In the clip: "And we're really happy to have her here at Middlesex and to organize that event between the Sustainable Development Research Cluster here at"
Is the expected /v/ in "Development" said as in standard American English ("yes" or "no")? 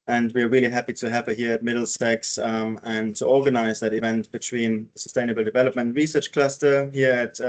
yes